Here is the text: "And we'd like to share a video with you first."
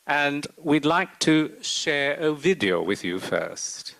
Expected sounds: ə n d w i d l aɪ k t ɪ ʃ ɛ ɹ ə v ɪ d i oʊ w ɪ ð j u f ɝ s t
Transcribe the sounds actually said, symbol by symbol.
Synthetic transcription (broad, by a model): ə n w i d l aɪ k t ɪ ʃ ɛ ɹ ə v ɪ d i oʊ w ɪ ð j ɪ f ɝ s t